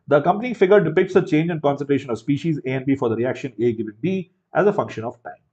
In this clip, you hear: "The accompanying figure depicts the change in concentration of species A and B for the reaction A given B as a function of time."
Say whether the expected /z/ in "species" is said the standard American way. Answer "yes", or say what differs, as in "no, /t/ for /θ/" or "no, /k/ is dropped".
yes